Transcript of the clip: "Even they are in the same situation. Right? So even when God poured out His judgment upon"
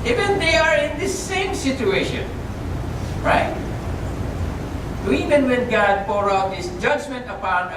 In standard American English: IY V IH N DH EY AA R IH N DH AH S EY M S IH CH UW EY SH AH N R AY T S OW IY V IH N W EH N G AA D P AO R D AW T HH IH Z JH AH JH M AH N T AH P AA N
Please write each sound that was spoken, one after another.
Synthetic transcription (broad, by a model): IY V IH N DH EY AA R IH N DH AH S EY M S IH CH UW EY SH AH N R AY T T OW IY V IH N W EH N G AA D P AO R AW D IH S JH AH JH M AH N T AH P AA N